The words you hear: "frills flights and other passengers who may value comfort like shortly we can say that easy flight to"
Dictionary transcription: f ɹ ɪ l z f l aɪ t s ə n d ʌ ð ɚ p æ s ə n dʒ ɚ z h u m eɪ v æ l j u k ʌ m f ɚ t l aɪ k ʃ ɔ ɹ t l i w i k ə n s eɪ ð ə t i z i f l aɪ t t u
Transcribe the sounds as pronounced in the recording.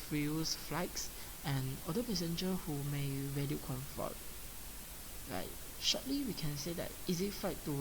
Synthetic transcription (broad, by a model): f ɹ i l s f l aɪ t s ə n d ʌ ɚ p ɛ s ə n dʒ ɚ h u m eɪ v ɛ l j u k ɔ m f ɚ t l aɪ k ʃ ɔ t l i w i k ə n s eɪ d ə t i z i f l aɪ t t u